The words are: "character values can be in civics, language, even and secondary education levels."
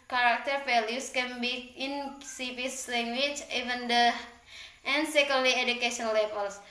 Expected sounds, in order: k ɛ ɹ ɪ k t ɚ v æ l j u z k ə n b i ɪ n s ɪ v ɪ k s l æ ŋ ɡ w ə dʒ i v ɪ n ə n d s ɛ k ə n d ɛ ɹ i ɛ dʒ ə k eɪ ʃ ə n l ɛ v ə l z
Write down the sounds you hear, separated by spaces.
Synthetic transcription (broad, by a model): k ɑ ɹ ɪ k t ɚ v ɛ l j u s k ə n b i ɪ n s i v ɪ s l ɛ ŋ ɡ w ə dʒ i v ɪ n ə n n s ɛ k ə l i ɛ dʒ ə k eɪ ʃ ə n l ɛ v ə l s